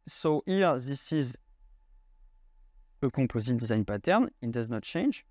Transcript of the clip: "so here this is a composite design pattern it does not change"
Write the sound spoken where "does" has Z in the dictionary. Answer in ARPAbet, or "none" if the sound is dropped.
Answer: Z